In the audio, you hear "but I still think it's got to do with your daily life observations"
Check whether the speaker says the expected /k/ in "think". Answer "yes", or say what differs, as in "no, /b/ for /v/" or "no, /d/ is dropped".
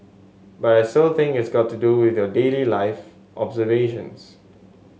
no, /k/ is dropped